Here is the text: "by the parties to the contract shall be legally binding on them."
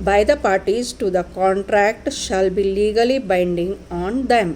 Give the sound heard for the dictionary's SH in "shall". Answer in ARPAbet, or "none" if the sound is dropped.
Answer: SH